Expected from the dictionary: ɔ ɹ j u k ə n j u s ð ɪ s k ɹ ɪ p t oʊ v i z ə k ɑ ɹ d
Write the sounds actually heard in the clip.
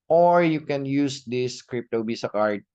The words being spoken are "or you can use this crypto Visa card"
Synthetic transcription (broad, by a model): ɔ ɹ j u k ə n j u s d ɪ s k ɹ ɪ p t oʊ b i s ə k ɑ ɹ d